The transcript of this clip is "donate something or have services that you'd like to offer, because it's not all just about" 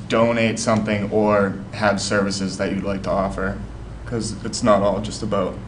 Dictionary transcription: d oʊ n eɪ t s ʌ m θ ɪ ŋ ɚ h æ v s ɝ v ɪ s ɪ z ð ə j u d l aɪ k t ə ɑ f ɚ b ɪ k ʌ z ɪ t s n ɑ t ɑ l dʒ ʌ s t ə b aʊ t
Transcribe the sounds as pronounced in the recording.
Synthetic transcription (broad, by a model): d oʊ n eɪ t s ʌ m θ ɪ ŋ ɚ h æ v s ɝ v ɪ s ɪ z ð ə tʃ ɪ d l aɪ k t ə ɑ f ɚ k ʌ z ɪ t s n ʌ t ɑ l dʒ ʌ s t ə b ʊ t